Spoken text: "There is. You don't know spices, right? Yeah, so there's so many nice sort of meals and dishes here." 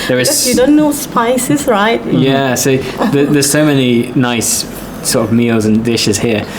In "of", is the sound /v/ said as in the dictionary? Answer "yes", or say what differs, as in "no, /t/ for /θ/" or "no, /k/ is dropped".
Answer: yes